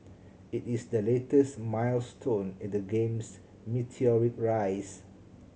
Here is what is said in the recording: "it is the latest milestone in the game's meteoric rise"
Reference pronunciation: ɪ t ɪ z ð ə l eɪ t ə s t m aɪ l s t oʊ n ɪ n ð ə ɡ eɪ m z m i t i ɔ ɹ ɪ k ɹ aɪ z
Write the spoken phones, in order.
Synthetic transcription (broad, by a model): ɪ t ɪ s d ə l eɪ t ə s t m aɪ l s t oʊ n ɪ n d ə ɡ eɪ m s m i t i ɔ ɹ ɪ k ɹ aɪ s